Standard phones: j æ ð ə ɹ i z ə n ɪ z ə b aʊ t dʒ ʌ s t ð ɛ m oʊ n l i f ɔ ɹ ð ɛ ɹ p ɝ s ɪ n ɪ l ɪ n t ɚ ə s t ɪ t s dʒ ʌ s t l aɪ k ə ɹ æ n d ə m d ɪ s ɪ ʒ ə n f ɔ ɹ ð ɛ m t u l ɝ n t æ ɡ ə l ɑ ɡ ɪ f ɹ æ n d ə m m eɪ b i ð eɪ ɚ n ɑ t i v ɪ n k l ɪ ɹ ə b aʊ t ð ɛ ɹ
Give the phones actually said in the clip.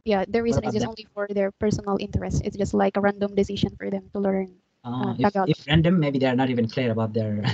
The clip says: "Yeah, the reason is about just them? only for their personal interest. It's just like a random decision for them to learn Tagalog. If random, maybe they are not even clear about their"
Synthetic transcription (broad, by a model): j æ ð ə ɹ i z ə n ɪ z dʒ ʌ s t oʊ n l i f ɔ ɹ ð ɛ ɹ p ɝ s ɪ n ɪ l ɪ n t ɚ ə s t ɪ t s dʒ ʌ s t l aɪ k ə ɹ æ n d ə m d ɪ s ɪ ʃ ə n f ɔ ɹ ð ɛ m t u l ɝ n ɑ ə ɑ ɪ f ɹ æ n d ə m m eɪ b i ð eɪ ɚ n ɑ t i v ɪ n k l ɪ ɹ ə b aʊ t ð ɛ ɹ